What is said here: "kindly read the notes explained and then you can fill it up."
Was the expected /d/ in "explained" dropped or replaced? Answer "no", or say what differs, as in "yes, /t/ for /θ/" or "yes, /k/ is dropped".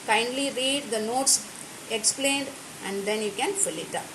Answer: no